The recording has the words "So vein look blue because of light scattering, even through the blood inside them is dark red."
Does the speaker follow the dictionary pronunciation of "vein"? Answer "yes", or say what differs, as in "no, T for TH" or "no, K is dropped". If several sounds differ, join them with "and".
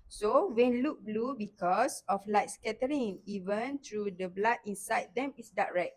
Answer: no, W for V